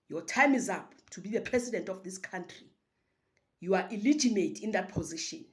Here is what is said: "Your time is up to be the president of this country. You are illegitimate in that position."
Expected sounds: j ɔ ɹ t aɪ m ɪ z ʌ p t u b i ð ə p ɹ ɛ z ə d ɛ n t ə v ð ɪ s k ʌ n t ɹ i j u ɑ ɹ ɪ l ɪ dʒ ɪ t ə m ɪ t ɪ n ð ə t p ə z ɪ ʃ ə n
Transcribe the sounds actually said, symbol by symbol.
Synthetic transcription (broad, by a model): j ɔ t aɪ m ɪ z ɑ p t u b i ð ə p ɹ ɛ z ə d ɛ n t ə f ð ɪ s k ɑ n t ɹ i j u ɑ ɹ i l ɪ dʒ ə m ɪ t ɪ n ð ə t p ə z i ʃ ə n